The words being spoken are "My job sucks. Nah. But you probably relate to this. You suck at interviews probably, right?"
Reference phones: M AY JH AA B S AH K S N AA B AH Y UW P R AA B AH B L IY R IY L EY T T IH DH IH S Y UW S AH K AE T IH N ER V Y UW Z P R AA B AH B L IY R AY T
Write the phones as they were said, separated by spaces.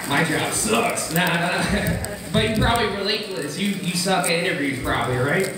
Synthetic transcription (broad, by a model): M AY JH AA B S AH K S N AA B AH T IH P R AA B AH B L IY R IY L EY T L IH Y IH Y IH S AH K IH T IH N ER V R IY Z P R AA B AH B L IY R AY T